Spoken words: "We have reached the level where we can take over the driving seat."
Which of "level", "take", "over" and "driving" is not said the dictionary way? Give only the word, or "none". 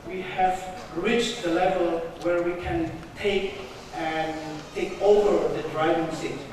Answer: none